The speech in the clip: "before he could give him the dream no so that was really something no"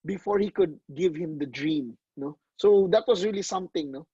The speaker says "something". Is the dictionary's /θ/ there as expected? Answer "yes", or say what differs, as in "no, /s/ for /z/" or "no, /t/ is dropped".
no, /t/ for /θ/